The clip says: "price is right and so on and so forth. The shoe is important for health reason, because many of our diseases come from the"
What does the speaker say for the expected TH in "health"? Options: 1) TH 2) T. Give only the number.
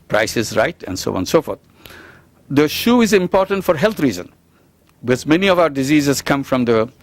2